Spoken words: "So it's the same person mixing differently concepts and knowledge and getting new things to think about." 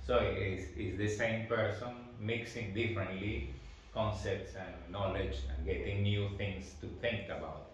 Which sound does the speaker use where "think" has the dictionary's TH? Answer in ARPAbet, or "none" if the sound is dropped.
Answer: T